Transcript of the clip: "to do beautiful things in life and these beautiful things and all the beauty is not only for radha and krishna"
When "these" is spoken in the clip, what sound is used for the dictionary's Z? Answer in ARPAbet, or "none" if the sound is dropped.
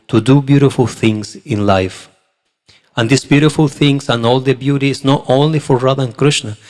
S